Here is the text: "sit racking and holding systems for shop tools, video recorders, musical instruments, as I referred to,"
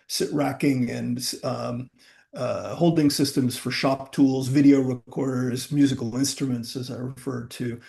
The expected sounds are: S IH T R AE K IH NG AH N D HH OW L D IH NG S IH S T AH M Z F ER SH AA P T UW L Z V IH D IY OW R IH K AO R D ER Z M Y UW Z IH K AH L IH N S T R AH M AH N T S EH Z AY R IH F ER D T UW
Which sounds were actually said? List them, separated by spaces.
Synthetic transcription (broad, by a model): S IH T R AE K IH NG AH N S HH OW L D IH NG S IH S T AH M Z F ER SH AA P T UW L Z V IH D IY OW R IH K AO R D ER Z M Y UW Z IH K L IH N S T R AH M AH N T S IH Z AY R IH F ER D T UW